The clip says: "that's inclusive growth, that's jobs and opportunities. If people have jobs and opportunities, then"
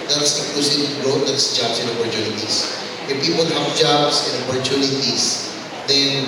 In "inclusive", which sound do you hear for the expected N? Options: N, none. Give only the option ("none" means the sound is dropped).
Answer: none